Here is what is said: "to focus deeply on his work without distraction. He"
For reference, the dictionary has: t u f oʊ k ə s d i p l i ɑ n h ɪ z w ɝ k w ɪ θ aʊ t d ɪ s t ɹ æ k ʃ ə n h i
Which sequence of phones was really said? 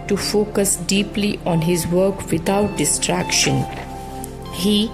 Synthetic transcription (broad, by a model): t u f oʊ k ə s d i p l i ɑ n h ɪ z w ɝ k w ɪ t aʊ t d ɪ s t ɹ æ k ʃ ə n h i